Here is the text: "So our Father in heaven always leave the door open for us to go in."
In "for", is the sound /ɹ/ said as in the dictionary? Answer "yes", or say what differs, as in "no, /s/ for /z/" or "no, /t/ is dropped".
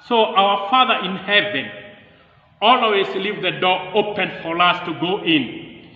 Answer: yes